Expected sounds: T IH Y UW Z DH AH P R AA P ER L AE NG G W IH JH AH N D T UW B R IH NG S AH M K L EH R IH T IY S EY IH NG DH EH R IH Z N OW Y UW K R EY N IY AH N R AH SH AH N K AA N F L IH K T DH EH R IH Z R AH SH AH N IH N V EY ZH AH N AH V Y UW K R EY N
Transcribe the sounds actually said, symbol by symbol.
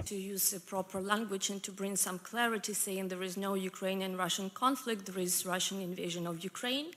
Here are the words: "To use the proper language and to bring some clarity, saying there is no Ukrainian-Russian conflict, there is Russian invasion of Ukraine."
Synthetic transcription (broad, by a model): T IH Y UW Z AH P R AA P ER L AE NG G W IH JH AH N T UW B R IH NG S AH M K L EH R IH T IY S EY IH NG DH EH R IH Z N OW Y UW K R EY N IY AH N R AH SH AH N K AA N F L IH K T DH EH R IH Z R AH SH AH N IH N V EY ZH AH N AH V Y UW K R EY N